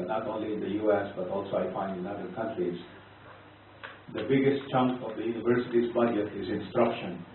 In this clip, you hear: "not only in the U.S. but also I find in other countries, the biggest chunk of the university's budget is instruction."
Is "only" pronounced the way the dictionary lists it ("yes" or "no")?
yes